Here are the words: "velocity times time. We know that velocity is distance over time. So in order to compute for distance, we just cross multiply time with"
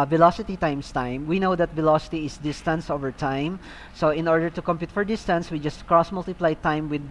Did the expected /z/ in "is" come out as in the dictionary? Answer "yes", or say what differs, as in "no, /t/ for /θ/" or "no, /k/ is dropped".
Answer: no, /s/ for /z/